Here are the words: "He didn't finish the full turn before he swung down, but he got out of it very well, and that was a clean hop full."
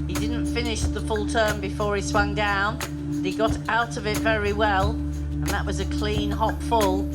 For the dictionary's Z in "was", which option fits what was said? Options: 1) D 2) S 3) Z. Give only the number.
3